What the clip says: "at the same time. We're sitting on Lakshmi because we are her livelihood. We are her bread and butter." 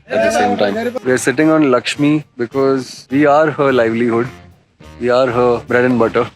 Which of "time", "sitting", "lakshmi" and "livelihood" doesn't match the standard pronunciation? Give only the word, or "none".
none